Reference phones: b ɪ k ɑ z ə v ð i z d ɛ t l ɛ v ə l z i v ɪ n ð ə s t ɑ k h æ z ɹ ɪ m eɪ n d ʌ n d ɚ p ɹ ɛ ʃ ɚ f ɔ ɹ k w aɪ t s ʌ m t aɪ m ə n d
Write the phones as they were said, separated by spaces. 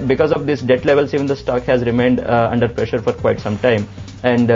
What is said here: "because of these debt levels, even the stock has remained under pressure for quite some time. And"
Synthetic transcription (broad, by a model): b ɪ k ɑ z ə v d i s d ɛ t l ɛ v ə l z i v ɪ n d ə s t ɑ k h æ z ɹ ɪ m eɪ n d ʌ n d ɚ p ɹ ɛ ʃ ɚ f ɔ ɹ k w aɪ t s ʌ m t aɪ m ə n d